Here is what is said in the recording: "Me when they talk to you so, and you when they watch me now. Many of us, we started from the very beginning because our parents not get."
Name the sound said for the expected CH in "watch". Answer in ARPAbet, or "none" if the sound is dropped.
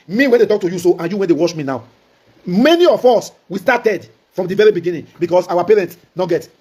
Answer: SH